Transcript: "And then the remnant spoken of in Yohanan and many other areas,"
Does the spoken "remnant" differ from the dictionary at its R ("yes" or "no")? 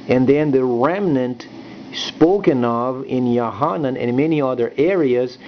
no